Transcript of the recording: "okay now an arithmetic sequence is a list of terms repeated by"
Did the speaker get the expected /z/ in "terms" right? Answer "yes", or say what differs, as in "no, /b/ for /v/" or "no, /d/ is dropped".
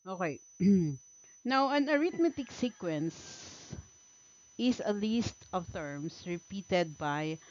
no, /s/ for /z/